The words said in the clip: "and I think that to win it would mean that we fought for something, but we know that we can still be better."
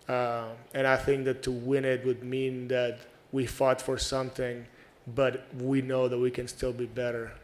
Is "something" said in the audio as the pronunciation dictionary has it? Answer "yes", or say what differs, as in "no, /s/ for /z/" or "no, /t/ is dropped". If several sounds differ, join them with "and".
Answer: yes